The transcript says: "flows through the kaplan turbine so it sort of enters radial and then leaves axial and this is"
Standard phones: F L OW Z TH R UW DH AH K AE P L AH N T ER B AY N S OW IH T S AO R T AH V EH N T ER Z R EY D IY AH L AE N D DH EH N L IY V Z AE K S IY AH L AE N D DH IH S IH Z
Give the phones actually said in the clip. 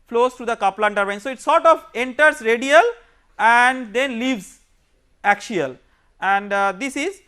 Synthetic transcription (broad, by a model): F L OW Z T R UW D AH K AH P L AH N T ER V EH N S OW IH T S AO R T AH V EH N T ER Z R EY D IY AH L AE N D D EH N L IY V Z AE K SH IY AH L AE N D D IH S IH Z